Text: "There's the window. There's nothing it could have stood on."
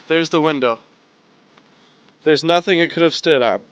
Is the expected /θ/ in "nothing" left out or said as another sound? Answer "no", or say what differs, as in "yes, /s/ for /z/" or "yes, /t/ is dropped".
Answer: no